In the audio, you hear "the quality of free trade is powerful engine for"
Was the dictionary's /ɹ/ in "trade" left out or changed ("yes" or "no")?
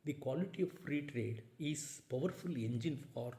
no